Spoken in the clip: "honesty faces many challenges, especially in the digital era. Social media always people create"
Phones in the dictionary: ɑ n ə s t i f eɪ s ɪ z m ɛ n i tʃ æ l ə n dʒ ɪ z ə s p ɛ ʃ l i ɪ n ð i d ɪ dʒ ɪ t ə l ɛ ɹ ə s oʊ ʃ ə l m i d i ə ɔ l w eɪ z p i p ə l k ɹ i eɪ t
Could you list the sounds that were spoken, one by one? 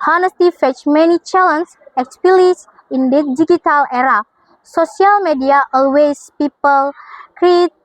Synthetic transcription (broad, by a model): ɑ n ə s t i f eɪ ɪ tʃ m ɛ n i tʃ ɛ l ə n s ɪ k s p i l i ɪ n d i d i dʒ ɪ t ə l ɛ ɹ ə s oʊ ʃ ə l m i d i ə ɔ l w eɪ s p i p ə l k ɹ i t